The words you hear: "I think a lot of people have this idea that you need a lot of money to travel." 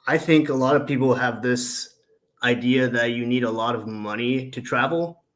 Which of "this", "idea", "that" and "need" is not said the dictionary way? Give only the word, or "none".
none